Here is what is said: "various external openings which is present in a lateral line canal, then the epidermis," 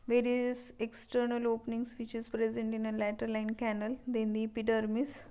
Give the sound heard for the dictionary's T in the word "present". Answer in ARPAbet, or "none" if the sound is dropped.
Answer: T